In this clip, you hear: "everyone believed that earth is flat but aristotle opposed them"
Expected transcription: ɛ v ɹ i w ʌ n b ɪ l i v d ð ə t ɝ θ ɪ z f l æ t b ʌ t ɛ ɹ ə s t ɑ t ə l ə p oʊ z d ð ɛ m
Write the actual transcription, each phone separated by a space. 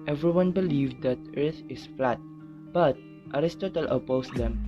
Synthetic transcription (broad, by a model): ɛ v ɹ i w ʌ n b ɪ l i v d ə t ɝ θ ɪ s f l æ t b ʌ t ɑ ɹ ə s t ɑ t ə l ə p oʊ s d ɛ m